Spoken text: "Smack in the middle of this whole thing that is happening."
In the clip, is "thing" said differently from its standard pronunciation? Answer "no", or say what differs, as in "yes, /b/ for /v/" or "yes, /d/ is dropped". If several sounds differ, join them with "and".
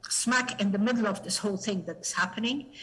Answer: no